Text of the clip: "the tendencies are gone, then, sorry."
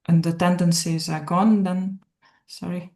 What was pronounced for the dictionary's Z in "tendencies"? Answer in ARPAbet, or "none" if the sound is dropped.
Z